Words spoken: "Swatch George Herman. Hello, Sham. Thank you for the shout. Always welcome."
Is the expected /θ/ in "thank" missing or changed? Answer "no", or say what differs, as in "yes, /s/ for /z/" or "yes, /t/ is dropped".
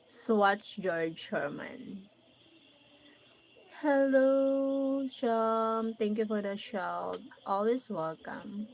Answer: yes, /t/ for /θ/